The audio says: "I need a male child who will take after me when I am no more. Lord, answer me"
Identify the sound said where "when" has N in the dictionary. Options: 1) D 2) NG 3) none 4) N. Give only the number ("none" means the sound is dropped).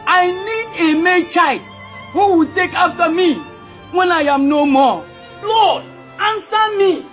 4